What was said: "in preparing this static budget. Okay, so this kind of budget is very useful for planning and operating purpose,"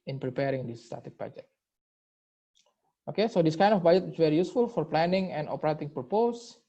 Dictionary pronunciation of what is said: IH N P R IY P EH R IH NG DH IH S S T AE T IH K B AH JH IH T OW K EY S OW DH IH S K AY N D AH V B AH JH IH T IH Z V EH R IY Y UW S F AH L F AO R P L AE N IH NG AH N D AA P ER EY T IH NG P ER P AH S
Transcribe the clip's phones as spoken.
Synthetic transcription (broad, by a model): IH N P R IY P EH R IH NG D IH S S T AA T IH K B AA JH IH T OW K EY S OW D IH S K AY N D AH F B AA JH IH T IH S V EH R IY Y UW S F AH L F AO R P L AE N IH NG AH N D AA P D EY T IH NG P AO P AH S